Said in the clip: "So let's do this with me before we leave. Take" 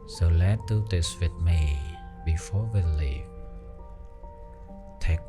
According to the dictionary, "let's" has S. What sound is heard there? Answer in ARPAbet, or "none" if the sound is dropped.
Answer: none